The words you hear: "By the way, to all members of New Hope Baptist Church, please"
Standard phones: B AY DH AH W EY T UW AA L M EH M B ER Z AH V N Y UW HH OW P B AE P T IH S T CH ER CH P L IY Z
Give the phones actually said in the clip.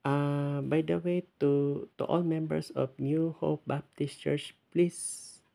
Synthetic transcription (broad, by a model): B AY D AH W EY T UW AA L M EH M B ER S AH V N Y UW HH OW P B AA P T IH S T CH ER CH P L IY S